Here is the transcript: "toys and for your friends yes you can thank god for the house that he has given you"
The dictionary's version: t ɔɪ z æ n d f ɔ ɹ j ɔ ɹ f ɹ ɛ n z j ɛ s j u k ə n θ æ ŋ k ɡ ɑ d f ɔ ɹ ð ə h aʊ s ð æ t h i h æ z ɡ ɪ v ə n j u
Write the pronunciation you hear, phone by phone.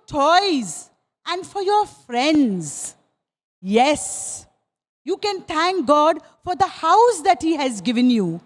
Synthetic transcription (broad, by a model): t ɔɪ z æ n d f ɔ ɹ j ɔ ɹ f ɹ ɛ n z j ɛ s j u k ə n t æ ŋ k ɡ ɑ d f ɔ ɹ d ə h aʊ s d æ t h i h æ z ɡ ɪ v ə n j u